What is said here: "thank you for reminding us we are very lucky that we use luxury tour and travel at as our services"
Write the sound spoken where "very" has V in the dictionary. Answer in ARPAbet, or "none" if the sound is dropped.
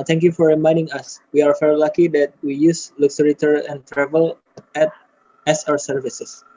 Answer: F